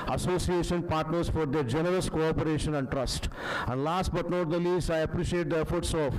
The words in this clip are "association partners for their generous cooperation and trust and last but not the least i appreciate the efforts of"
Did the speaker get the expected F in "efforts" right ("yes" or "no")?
yes